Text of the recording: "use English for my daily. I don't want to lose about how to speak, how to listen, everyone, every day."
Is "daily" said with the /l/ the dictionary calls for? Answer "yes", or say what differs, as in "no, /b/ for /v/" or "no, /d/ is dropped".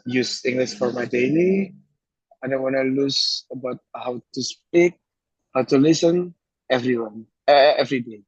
no, /n/ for /l/